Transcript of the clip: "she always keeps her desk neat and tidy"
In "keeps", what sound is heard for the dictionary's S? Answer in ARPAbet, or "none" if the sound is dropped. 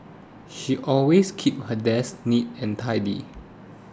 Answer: none